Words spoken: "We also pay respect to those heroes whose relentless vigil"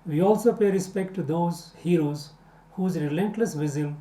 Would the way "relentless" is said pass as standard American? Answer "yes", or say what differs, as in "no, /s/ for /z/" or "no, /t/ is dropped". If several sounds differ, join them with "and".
yes